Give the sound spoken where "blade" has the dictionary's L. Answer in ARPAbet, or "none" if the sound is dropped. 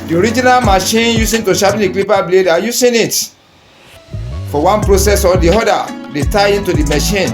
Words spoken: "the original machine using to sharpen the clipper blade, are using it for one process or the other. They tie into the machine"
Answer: L